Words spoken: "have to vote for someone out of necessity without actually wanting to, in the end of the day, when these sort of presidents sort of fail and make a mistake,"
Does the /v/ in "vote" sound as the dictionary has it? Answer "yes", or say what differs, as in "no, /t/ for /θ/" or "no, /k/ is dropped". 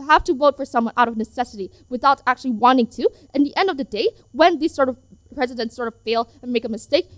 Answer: yes